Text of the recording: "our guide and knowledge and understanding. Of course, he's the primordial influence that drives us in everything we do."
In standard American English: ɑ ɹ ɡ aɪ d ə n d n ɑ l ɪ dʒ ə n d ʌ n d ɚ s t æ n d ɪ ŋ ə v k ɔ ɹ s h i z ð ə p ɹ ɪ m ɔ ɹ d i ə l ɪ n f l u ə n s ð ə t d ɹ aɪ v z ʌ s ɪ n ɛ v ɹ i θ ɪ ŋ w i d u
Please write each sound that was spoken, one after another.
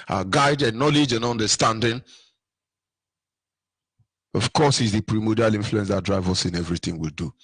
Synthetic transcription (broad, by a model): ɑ ɡ aɪ d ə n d n ɑ l ɪ dʒ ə n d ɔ n d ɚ s t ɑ n d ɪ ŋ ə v k ɔ s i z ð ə p ɹ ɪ m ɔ d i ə l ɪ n f l u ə n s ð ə t d ɹ aɪ v ʌ s ɪ n ɛ v ɹ i θ ɪ ŋ w i d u